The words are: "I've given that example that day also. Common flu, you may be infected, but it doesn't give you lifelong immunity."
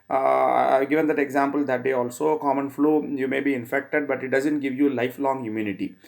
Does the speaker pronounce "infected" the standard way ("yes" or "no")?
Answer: yes